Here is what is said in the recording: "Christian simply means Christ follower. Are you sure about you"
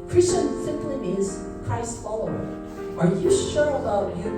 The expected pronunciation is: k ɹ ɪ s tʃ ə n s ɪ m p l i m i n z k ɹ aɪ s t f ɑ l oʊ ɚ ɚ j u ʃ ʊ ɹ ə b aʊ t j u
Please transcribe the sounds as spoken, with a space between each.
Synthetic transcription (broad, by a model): k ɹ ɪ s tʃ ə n s ɪ m p l i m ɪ z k aɪ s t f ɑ l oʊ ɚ ɚ j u ʃ ʊ ɹ ə b aʊ t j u